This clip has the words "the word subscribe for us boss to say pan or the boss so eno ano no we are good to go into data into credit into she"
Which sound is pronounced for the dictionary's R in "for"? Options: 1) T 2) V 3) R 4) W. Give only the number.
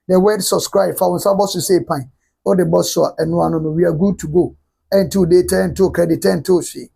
4